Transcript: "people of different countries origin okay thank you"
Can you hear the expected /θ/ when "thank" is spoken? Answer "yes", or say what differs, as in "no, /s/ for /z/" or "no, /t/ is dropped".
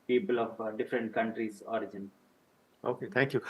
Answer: no, /t/ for /θ/